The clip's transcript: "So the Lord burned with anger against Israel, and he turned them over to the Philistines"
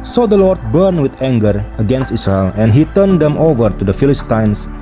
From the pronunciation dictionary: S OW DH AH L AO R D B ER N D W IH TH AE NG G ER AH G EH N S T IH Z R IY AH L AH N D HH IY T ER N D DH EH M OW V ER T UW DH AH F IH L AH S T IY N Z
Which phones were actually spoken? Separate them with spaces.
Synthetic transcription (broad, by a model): S OW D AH L AO R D B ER N W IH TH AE NG G ER AH G EH N S T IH S R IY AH L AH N HH IY T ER N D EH M OW V ER T UW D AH F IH L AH S T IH N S